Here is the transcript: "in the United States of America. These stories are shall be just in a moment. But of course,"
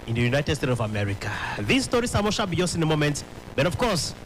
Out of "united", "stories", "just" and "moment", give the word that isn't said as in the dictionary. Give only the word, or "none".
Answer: stories